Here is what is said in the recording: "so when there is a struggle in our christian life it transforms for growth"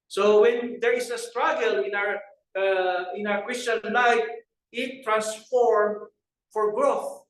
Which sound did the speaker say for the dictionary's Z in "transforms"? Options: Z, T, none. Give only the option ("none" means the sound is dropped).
none